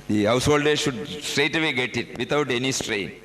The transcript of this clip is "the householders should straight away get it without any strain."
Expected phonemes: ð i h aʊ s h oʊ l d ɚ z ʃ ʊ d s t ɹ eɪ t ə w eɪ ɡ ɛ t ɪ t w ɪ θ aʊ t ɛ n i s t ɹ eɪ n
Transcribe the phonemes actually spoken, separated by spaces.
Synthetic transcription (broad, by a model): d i h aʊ s h oʊ l d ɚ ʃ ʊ d s t ɹ eɪ t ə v eɪ ɡ ɛ t ɪ t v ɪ t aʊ t ɛ n i s t ɹ eɪ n